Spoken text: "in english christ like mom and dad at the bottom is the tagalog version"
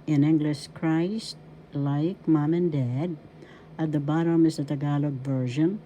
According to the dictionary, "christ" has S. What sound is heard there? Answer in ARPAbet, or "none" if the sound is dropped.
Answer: S